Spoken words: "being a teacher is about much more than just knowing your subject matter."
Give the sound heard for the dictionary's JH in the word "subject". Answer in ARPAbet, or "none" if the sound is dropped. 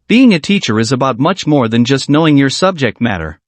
JH